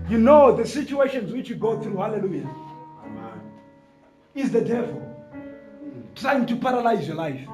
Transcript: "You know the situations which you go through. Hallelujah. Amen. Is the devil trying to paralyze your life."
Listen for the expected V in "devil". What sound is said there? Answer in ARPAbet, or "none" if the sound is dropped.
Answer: V